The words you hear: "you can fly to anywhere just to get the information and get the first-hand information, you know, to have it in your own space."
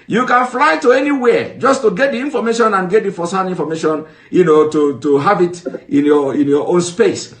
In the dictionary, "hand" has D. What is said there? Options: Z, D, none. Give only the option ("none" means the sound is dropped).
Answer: none